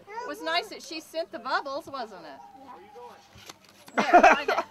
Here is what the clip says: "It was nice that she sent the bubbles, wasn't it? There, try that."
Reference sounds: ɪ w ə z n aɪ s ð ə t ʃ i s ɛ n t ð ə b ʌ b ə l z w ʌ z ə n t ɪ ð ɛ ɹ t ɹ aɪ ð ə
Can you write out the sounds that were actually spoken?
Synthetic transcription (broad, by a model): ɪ w ə z n aɪ s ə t ʃ i s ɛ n ð ə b ʌ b l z w ʌ z ə n t ɪ t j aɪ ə